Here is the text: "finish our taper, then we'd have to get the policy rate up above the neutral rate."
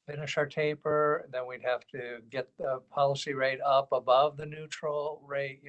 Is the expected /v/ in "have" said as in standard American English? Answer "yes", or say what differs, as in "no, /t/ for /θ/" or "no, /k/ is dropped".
no, /f/ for /v/